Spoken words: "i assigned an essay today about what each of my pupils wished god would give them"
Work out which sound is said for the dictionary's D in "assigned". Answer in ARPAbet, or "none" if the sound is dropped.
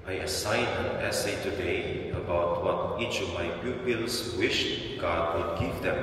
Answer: none